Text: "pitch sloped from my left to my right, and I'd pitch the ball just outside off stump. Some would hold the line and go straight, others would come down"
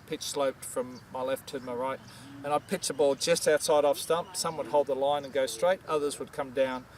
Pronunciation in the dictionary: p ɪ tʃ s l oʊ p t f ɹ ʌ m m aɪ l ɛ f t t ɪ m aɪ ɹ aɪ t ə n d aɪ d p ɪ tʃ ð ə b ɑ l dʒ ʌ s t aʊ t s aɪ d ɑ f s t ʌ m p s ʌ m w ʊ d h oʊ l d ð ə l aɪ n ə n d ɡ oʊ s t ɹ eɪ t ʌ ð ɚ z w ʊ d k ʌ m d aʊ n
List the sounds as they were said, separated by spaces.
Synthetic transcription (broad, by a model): p ɪ tʃ s l oʊ p t f ɹ ʌ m m aɪ l ɛ f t t ɪ m aɪ ɹ aɪ t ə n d aɪ d p ɪ tʃ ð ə b ɑ l dʒ ʌ s t aʊ t s aɪ d ɑ f s t ʌ m p s ʌ m w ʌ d h oʊ l d ð ə l aɪ n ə n ɡ oʊ s t ɹ eɪ t ʌ ð ɚ z w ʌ d k ʌ m d aʊ n